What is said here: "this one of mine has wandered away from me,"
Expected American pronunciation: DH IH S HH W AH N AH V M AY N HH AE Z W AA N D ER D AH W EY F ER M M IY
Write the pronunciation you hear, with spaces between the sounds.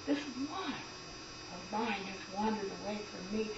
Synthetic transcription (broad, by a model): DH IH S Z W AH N AH V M AY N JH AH S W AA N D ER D AH W EY F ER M M IY